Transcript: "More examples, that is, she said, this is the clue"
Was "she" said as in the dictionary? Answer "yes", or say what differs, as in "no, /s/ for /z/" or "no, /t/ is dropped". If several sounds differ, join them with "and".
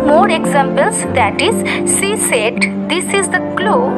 no, /s/ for /ʃ/